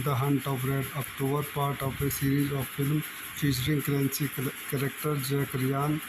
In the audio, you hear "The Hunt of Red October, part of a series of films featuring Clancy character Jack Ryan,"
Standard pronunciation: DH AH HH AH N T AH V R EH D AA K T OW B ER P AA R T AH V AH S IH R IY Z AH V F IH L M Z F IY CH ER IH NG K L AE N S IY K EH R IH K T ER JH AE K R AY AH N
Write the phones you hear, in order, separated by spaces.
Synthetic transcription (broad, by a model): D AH HH AH N T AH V R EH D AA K T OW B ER P AA R T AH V AH S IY R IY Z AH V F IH L M F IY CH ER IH NG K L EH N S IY K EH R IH K T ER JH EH K R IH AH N